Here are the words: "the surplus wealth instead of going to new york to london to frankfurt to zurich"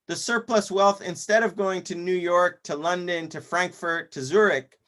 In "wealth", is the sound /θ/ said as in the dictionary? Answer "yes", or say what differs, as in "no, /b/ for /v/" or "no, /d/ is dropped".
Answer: yes